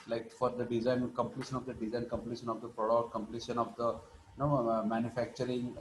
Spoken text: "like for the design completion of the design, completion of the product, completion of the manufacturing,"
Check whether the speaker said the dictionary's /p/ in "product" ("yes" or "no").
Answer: yes